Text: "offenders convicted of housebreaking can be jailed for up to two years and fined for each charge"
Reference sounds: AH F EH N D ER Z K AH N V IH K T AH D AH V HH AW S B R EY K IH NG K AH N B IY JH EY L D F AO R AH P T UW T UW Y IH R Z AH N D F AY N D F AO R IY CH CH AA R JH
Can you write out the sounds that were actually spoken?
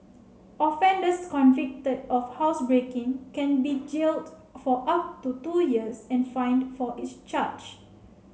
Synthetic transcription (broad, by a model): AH F EH N D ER S K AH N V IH K T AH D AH F HH AW S B R EY K IH NG K AH N B IY JH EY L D F AO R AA P T UW T UW Y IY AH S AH N F AY N D F AO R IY S CH AA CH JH